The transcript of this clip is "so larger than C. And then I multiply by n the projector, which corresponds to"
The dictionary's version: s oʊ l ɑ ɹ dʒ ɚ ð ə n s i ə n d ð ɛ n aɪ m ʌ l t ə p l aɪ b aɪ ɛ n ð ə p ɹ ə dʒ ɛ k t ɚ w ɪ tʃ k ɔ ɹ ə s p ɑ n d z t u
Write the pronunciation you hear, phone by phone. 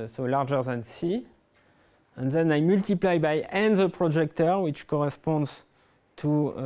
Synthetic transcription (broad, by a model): s oʊ l ɑ ɹ dʒ ɚ ð ə n s i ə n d ð ɛ n aɪ m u l t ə p l aɪ b aɪ ɛ n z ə p ɹ ə dʒ ɛ k t ɚ w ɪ tʃ k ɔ ɹ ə s p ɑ n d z t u